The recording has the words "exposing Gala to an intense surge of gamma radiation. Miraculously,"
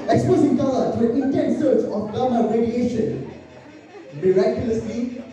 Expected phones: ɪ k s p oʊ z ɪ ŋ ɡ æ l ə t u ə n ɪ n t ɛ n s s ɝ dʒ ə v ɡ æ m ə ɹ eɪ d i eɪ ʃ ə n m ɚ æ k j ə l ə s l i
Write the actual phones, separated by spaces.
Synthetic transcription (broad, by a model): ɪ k s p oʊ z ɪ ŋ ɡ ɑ ə t u ə n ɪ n t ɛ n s s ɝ tʃ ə f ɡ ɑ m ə ɹ eɪ d i eɪ ʃ ə n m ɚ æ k j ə l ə s l i